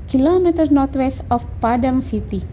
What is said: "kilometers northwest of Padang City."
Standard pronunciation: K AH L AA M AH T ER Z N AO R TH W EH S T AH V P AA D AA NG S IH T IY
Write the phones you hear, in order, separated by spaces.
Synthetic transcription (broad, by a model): K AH L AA M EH T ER N AO R T W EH S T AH F P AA D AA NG S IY T IY